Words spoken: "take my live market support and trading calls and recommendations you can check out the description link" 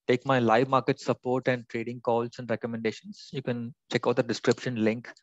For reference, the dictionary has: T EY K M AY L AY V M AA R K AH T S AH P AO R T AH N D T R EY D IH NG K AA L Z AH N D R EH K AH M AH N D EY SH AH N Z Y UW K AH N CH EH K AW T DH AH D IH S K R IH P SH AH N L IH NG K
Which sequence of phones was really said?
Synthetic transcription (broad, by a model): T EY K M AY L AY V M AA R K AH T S AH P AO R T AH N D T R EY D IH NG K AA L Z AH N D R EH K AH M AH N D EY SH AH N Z Y UW K AH N CH EH K AW T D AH D IH S K R IH P SH AH N L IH NG K